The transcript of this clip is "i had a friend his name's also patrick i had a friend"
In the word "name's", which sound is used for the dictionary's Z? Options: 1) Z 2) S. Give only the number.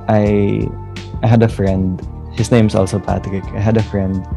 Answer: 2